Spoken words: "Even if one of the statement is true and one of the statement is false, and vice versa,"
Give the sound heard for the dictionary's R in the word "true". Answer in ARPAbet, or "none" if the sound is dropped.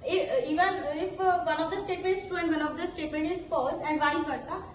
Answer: none